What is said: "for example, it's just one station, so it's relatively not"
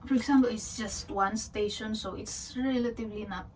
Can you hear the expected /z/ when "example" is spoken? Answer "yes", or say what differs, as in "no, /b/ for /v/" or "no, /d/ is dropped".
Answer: no, /s/ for /z/